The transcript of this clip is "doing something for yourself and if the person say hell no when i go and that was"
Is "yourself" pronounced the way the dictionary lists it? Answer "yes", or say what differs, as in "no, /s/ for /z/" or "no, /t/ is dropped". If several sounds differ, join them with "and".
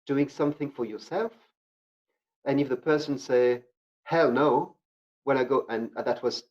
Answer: yes